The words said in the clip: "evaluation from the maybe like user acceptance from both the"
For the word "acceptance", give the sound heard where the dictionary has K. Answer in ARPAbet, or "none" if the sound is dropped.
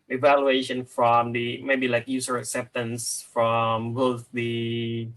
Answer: K